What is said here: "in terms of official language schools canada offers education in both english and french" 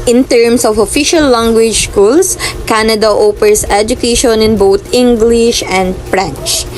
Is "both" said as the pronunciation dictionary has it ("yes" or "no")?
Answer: no